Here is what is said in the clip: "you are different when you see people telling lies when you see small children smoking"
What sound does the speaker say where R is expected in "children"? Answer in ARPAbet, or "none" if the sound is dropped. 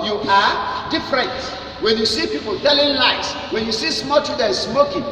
none